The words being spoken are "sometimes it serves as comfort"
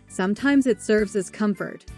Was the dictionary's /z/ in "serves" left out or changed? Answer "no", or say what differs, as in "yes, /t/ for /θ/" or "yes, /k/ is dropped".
no